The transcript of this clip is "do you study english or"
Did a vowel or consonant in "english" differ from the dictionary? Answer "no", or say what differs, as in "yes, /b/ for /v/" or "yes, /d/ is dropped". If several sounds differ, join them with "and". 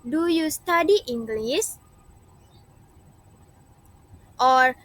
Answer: yes, /s/ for /ʃ/